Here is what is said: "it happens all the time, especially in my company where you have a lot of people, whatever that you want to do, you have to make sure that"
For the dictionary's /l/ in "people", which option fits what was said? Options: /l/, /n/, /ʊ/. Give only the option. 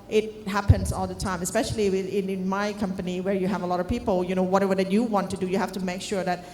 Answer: /n/